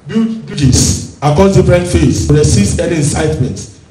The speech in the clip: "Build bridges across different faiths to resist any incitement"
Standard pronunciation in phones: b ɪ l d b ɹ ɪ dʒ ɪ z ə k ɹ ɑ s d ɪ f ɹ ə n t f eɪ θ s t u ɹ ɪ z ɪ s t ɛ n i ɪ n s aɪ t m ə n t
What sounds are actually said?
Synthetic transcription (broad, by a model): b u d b u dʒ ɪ s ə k ɑ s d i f ɹ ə n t f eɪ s t u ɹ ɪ s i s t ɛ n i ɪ n s aɪ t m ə n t